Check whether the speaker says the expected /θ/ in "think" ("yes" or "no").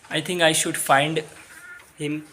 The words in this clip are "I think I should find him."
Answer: no